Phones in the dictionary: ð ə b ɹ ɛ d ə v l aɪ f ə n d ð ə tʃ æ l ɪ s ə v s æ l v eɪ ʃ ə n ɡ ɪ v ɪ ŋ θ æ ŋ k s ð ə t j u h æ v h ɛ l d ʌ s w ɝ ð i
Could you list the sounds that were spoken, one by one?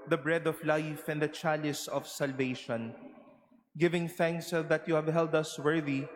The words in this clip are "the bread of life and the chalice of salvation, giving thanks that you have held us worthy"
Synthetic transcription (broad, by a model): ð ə b ɹ ɛ d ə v l aɪ f ə n d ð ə tʃ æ l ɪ s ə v s æ l v eɪ ʃ ə n ɡ ɪ v ɪ ŋ θ æ ŋ k s ð ə t j u h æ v h ɛ l d ʌ s w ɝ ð i